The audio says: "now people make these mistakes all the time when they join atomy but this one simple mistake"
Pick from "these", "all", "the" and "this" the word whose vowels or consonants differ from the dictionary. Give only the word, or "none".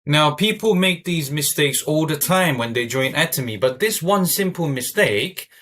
none